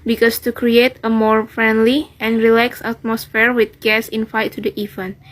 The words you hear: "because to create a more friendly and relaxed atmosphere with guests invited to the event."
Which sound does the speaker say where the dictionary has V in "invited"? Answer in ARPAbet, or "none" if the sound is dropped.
F